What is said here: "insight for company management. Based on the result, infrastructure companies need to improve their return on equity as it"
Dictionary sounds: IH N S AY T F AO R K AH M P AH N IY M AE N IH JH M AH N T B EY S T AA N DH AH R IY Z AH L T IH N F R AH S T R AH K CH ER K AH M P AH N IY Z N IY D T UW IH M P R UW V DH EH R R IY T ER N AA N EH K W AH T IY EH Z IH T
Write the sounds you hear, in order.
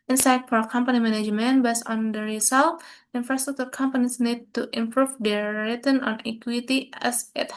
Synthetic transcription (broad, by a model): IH N S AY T F AO R K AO M P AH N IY M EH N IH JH M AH N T B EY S AA N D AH R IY S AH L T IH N F R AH S T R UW K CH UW K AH M P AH N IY S N IY D T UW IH M P R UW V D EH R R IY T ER N AA N EH K W AH T IY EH S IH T